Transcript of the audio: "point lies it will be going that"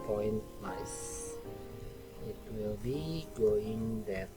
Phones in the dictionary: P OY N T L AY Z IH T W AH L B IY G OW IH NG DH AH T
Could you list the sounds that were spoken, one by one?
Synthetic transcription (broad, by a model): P OY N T N AY S IH T W AH L B IY G OW IH NG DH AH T